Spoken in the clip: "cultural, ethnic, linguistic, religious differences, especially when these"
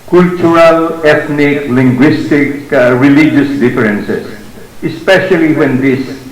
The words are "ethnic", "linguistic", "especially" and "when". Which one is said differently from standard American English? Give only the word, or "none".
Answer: ethnic